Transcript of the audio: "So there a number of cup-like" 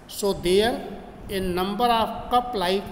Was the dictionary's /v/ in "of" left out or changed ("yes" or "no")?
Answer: yes